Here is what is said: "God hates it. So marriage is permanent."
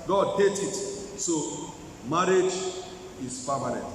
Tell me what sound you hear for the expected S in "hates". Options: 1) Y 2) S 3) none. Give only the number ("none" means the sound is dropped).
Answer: 3